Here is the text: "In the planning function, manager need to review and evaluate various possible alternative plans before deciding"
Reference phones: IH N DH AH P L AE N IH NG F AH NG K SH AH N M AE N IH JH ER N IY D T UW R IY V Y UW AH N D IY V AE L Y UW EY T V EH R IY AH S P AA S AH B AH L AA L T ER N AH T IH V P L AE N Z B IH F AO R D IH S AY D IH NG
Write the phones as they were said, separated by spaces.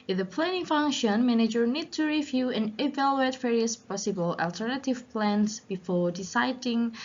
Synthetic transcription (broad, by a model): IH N DH AH P L AE N IH NG F AH NG K SH AH N M AE N IH JH ER N IY D T UW R IY V Y UW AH N IY V AE L Y UW EY T V EH R IY AH S P AA S AH B AH L AA L T ER N AH T IH V P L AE N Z B IH F AO R D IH S AY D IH NG